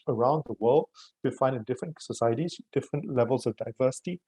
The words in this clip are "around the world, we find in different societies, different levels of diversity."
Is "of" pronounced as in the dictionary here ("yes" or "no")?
yes